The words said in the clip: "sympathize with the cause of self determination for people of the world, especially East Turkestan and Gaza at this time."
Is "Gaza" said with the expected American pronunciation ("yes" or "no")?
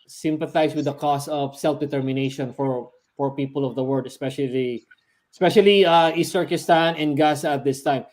no